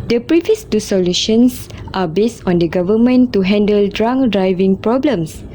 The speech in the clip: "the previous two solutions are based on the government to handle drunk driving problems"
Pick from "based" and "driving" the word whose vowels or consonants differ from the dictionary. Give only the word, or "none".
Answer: none